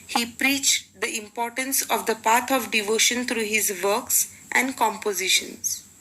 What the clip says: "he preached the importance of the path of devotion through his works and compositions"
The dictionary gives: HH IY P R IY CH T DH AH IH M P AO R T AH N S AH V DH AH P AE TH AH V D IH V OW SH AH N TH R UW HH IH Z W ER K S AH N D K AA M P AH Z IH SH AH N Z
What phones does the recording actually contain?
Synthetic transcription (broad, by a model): HH IY P R IY CH T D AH IH M P AO R T AH N S AH V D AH P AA T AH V D IH V OW SH AH N T R UW HH IH Z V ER K S AH N D K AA M P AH Z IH SH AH N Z